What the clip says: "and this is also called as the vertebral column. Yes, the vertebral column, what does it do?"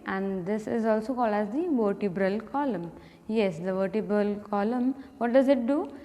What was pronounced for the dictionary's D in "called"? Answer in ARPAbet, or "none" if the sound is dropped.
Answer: none